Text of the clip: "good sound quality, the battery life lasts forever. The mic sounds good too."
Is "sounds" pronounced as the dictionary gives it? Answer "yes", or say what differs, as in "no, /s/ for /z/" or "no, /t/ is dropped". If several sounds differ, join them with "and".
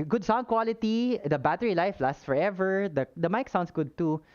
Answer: no, /s/ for /z/